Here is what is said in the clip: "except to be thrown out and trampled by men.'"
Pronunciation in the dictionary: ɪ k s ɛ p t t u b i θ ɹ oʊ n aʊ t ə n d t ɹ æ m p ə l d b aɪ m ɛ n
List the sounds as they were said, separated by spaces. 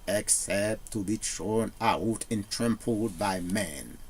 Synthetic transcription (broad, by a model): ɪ k s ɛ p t t u b i t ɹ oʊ n aʊ t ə n t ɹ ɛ m p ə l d b aɪ m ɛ n